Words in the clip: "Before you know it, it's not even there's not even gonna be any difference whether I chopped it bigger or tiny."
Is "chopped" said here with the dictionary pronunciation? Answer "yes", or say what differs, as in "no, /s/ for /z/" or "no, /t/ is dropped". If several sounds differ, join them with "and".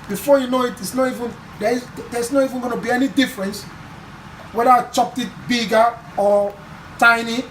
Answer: yes